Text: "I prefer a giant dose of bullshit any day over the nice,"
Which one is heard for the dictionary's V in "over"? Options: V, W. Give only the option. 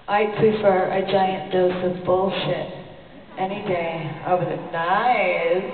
W